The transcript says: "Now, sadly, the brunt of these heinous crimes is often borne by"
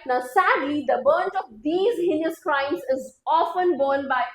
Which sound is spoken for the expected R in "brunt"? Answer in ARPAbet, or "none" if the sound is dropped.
none